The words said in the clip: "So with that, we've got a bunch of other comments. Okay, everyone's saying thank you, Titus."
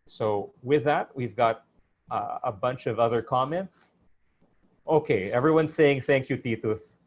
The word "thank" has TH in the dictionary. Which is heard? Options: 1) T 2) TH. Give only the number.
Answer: 2